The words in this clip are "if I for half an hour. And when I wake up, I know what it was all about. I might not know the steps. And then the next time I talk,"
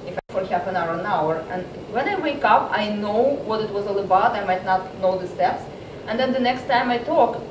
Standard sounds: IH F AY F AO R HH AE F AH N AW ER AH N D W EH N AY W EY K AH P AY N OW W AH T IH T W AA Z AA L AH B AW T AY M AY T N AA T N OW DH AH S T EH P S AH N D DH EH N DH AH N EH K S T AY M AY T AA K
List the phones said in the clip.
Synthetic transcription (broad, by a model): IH F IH F AO R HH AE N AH N AW ER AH N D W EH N AY W EY K AH P AY N OW W AH T IH T W AA Z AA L AH B AW T AY M AY T N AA T N OW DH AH S T EH P S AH N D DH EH N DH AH N EH K S T AY M AY T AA K